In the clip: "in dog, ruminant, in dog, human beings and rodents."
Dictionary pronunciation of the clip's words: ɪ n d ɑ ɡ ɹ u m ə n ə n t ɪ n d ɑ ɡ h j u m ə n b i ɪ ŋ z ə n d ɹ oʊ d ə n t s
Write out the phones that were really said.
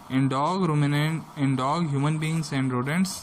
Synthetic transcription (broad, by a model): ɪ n d ɑ ɡ ɹ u m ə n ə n ɪ n d ɑ ɡ h j u m ə n b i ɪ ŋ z ə n d ɹ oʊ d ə n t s